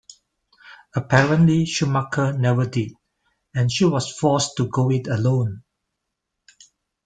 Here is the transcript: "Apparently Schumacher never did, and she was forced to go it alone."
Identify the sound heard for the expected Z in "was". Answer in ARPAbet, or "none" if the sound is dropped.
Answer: S